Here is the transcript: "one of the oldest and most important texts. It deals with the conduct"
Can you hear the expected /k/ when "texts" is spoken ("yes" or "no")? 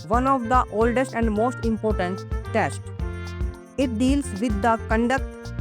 no